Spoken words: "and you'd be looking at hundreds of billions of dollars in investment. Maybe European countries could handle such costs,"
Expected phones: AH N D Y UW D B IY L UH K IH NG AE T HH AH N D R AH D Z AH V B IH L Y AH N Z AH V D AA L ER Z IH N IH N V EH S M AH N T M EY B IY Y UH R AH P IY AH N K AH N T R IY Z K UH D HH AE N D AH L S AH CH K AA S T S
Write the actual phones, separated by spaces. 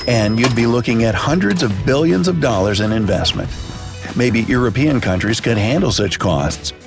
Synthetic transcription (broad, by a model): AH N Y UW D B IY L UH K IH NG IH T HH AH N D R AH D Z AH V B IH L Y AH N Z AH V D AA L ER Z IH N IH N V EH S M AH N T M EY B IY Y UH R AH P IY AH N K AH N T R IY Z K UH D HH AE N D L S AH CH K AA S T S